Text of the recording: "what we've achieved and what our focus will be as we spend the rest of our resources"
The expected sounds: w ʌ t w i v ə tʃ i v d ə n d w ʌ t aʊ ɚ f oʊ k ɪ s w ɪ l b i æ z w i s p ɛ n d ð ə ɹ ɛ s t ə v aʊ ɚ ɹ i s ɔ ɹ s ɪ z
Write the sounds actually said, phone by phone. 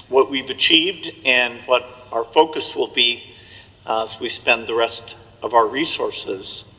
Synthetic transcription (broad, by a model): w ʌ t w i v ə tʃ i v d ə n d w ʌ t aʊ ɚ f oʊ k ɪ s w ɪ l b i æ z w i s p ɛ n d ð ə ɹ ɛ s t ə v aʊ ɚ ɹ i s ɔ ɹ s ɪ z